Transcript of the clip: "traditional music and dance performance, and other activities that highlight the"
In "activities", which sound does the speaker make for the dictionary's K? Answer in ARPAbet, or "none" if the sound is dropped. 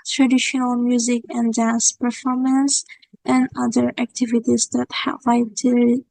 K